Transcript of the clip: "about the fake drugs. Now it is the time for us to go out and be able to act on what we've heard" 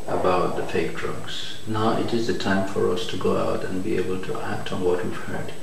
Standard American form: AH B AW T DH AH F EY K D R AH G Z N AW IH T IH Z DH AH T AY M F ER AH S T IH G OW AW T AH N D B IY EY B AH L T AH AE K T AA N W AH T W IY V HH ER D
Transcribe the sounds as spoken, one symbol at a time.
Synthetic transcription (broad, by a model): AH B AW T DH AH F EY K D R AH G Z N AW IH T IH Z DH AH T AY M F ER AH S T IH G OW AW T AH N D B IY EY B AH L T AH AE K T N W AH T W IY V HH ER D